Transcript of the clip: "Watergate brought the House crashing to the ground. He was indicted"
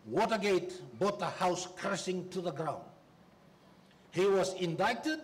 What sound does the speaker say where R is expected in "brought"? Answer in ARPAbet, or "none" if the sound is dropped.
none